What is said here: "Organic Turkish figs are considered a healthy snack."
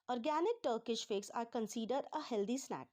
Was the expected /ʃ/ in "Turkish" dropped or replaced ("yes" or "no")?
no